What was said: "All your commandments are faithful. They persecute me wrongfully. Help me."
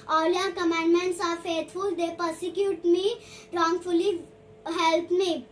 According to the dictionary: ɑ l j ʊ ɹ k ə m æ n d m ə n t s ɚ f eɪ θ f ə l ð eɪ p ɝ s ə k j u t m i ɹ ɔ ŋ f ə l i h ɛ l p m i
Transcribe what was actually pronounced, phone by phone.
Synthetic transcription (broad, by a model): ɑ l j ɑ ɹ k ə m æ n d m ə n t s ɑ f eɪ t f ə l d eɪ p ɝ s ə k j u t m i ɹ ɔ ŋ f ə l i h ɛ l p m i